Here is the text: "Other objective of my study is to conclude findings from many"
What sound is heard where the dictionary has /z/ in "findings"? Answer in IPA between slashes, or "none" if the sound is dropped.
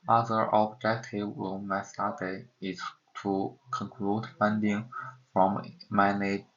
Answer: none